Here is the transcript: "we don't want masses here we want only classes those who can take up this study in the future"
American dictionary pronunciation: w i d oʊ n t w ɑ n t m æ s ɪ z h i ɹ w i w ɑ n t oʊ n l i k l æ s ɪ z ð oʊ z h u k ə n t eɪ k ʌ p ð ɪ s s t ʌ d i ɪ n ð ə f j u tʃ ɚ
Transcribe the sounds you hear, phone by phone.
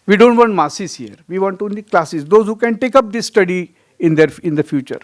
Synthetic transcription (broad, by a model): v i d oʊ n t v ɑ n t m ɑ s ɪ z h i ɹ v i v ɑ n t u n i k l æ s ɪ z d oʊ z h u k ə n t eɪ k ʌ p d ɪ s s t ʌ d i ɪ n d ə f j u tʃ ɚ